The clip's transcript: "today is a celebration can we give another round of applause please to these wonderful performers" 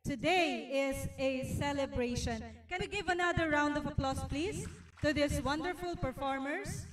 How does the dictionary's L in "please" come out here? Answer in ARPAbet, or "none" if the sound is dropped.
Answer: L